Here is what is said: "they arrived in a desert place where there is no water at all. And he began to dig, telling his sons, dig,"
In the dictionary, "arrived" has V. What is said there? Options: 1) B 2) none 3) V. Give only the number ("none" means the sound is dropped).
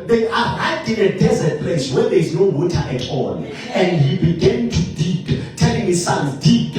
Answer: 2